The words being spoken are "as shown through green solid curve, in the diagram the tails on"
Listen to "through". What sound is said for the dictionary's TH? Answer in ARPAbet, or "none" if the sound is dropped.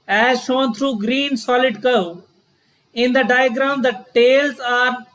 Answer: T